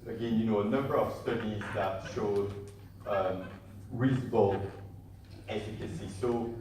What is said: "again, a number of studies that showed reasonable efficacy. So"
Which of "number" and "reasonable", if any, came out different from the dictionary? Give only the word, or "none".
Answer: reasonable